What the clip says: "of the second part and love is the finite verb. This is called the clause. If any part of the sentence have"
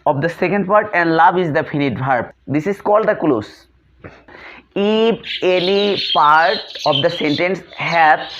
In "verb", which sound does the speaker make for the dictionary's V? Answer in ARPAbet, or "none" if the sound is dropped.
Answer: B